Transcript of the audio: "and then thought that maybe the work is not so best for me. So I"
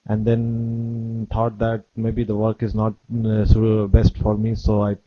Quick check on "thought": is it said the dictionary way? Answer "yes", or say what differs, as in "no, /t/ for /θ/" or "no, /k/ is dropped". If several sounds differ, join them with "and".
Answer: no, /t/ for /θ/